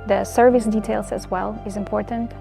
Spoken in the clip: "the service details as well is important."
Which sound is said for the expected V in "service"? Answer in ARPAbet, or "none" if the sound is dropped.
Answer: V